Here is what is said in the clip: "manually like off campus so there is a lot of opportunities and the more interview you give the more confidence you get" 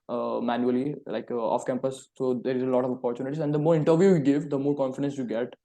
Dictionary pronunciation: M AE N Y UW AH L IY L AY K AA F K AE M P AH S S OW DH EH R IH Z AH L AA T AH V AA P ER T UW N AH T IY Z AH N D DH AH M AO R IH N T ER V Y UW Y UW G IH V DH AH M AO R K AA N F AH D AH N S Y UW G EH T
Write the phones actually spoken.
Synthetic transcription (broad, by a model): M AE N Y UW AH L IY L AY K AA F K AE M P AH S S OW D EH R IH Z AH L AA T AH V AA P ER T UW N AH T IY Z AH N D AH M AO R IH N T ER V Y UW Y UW G IH V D AH M AO R K AA N F AH D AH N S Y UW G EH T